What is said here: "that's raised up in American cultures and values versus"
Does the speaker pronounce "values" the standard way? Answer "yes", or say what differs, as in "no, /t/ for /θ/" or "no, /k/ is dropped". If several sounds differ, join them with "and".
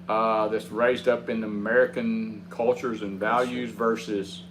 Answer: yes